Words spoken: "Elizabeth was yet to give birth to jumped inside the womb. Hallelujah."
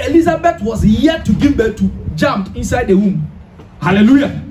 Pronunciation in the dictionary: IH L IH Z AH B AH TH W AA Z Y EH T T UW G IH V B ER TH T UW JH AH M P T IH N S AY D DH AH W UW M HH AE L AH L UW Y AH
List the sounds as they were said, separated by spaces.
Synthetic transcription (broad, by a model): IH L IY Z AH B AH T W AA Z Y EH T T UW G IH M B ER T UW JH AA M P IH N S AY D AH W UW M HH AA L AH L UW Y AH